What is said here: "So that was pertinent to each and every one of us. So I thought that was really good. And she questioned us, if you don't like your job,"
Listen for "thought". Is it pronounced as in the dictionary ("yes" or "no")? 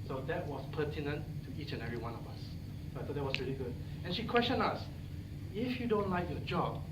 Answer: no